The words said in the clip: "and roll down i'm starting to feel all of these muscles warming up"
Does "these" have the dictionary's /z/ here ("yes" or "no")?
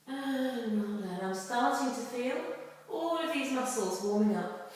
yes